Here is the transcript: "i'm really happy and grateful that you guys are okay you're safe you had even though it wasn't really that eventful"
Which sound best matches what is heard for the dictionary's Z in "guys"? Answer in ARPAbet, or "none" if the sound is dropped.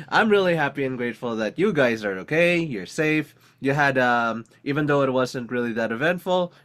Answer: Z